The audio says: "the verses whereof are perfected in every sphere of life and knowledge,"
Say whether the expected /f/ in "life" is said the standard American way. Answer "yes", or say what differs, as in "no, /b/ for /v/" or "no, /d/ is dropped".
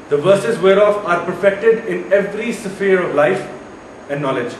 yes